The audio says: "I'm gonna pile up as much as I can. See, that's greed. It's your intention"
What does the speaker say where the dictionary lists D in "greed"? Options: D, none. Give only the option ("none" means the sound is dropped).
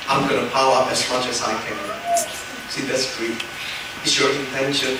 none